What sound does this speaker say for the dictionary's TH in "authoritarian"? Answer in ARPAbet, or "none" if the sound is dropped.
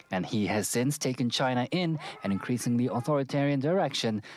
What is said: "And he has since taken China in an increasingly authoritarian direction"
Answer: TH